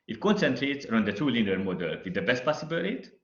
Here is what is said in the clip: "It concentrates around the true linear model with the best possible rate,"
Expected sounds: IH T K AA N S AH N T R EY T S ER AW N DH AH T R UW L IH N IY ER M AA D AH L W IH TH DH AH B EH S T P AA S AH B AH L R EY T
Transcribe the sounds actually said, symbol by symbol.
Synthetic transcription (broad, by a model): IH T K AA N S AH N T R EY T S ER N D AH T UW L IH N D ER M AA D AH L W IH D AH B EH S T P AA S AH B AH L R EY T